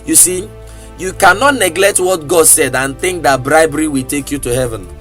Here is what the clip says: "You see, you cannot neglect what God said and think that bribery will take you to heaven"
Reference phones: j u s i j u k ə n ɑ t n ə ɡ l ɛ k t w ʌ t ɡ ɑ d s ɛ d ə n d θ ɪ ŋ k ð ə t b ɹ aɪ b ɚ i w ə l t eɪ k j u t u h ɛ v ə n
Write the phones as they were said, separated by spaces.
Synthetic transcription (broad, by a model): j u s i j u k ə n ɑ t n ə ɡ l ɛ k t w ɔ t ɡ ɑ d s ɛ d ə n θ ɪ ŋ k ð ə t b ɹ aɪ b ɚ i w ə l t eɪ k j u t u h ɛ v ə n